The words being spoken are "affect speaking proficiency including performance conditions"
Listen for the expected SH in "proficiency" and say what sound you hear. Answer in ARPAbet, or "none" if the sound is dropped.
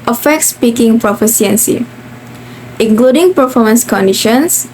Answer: S